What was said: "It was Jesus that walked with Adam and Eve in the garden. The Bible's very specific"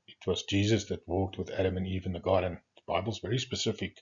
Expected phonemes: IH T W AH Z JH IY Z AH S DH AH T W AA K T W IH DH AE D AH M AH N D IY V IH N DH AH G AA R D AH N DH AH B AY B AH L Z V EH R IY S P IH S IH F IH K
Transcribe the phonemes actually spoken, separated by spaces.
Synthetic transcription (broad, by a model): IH T W AH Z JH IY Z AH S DH AH T W AA K T W IH DH AE D AH M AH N IY V IH N DH AH G AA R D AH N DH AH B AY B L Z V EH R IY S P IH S IH F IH K